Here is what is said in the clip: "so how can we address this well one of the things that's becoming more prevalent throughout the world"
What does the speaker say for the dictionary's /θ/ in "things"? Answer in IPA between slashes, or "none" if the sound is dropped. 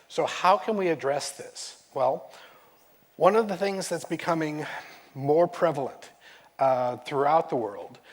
/θ/